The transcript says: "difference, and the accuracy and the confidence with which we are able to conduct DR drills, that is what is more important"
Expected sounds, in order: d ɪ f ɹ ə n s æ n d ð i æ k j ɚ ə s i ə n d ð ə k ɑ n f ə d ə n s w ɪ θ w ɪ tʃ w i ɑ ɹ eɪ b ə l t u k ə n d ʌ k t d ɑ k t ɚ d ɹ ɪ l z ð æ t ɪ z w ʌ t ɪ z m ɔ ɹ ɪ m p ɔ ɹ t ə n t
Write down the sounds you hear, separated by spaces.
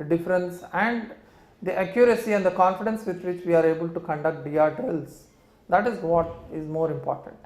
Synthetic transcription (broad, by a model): d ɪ f ɹ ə n s æ n d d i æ k j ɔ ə s i ə n d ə k ɑ n f ə d ə n s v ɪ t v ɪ tʃ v i ɑ ɹ eɪ b ə l t u k ə n d ʌ k t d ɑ t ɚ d ɹ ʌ l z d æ t ɪ z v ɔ t ɪ z m ɔ ɹ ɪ m p ɔ ɹ t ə n t